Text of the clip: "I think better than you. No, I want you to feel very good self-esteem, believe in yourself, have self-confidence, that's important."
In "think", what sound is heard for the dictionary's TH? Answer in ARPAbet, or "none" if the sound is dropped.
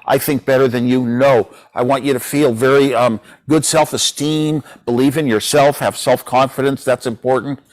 TH